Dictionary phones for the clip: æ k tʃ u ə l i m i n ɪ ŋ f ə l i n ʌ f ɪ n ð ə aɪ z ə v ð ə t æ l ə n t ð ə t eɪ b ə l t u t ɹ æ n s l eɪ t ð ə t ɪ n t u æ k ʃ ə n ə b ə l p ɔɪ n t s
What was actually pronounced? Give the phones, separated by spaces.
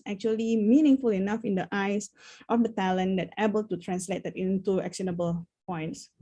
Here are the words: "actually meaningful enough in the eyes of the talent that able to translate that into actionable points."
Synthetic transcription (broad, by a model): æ k tʃ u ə l i m i n ɪ ŋ f ə l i n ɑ f ɪ n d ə aɪ s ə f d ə t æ l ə n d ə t eɪ b ə l t u t ɹ æ n s l eɪ t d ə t ɪ n t u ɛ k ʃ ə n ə b ə l p ɔɪ n t s